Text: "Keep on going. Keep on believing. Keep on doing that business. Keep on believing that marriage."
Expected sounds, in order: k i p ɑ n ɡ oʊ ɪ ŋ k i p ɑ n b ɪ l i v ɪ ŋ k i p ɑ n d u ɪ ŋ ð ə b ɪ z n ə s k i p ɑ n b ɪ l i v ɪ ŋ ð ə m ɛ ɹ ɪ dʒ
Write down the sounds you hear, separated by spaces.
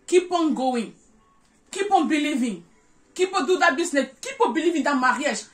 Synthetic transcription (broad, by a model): k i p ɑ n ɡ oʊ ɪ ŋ k i p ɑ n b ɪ l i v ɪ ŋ k i p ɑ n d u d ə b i s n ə k i p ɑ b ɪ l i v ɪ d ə m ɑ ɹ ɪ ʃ